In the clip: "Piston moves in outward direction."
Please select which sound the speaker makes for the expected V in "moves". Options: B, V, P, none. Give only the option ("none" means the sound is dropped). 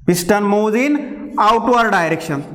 none